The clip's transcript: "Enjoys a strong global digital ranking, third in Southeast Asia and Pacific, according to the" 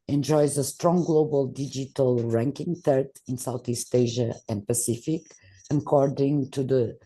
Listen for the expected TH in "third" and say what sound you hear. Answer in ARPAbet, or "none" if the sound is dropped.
T